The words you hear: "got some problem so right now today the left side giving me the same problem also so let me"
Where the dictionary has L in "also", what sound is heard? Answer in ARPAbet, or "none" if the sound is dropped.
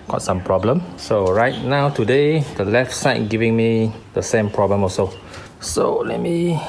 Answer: none